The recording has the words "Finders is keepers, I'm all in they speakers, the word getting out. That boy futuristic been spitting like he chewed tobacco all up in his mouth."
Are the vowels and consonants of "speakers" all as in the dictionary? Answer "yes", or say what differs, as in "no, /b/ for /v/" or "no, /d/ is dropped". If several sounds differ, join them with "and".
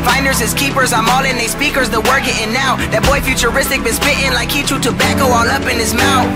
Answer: yes